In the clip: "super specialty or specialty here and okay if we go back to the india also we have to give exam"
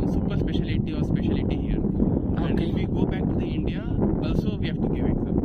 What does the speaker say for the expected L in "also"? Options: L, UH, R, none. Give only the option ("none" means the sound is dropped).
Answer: none